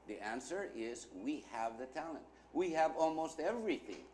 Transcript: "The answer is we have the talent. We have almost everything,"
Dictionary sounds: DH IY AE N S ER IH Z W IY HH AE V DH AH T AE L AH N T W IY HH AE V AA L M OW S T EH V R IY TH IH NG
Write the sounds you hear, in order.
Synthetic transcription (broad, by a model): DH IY AE N S ER IH Z W IY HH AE V DH AH T AE L AH N T W IY HH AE V AA L M OW S T EH V R IY TH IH NG